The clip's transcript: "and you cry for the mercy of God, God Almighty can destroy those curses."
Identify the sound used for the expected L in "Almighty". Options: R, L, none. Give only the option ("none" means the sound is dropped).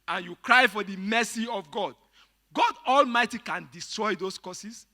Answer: L